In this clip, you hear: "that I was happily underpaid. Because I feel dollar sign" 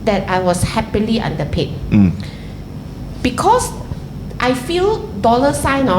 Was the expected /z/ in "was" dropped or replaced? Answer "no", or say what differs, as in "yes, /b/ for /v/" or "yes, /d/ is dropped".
yes, /s/ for /z/